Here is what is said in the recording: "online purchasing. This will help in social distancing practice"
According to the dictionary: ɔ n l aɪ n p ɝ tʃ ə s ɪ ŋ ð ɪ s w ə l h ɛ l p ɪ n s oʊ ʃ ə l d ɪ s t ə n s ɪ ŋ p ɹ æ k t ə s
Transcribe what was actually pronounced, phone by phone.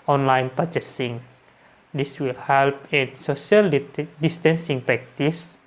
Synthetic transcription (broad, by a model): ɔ n l aɪ n p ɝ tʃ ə s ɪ ŋ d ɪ s w ə l h ɛ l p ɪ n s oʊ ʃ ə l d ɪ s t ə n s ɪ ŋ p ɹ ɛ k t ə s